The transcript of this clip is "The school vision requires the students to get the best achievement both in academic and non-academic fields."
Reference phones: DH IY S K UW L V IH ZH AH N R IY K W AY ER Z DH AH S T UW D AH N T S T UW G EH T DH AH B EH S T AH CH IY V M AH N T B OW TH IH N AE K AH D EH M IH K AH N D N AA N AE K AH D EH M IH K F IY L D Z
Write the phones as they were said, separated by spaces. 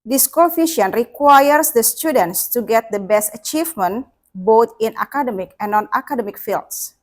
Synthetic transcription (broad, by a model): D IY S K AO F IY SH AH N R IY K W AY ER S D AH S T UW D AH N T S T UW G EH T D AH B EH S T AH CH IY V M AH N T B OW T IH N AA K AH D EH M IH K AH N N AA N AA K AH D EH M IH K F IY L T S